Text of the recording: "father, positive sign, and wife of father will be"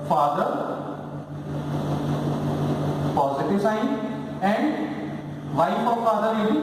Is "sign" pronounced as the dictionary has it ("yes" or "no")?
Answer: no